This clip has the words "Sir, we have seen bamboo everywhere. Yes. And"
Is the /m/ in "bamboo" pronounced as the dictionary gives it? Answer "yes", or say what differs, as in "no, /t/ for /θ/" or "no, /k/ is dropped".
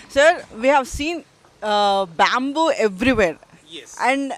yes